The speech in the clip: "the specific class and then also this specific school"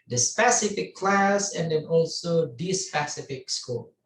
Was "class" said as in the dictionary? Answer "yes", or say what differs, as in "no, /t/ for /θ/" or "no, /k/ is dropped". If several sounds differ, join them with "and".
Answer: yes